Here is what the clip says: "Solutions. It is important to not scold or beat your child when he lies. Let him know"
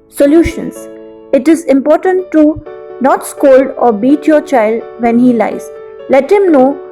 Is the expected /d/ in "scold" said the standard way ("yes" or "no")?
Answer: yes